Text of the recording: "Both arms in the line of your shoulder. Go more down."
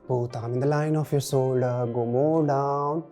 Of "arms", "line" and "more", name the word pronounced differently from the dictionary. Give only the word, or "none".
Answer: arms